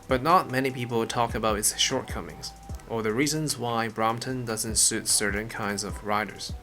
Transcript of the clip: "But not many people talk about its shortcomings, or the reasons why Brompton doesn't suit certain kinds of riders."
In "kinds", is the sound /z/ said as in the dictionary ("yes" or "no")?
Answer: yes